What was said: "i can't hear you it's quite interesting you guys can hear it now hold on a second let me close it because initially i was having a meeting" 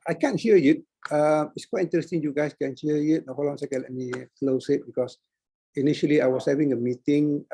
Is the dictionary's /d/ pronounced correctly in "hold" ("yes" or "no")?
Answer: no